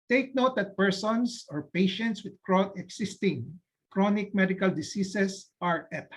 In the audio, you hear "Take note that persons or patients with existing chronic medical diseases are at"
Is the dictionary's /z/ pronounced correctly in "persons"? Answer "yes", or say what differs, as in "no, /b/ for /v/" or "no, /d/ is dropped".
no, /s/ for /z/